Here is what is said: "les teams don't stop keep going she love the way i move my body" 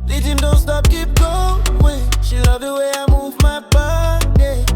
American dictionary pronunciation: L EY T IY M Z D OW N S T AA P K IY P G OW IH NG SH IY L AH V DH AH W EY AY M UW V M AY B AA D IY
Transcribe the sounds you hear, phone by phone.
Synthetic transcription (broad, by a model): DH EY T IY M D OW N S T AA P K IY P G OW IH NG SH IY L AH V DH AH W EY AY M UW V M AY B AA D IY